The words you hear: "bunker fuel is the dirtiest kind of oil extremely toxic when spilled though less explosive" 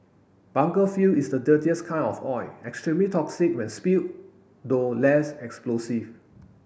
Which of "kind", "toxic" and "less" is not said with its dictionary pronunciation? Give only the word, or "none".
kind